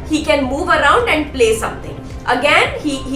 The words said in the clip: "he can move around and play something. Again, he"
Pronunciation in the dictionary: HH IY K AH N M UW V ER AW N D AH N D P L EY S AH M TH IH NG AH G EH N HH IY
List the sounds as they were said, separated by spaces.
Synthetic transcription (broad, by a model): HH IY K AH N M UW V ER AW N D AH N D P L EY S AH M T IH NG AH G EH N HH IY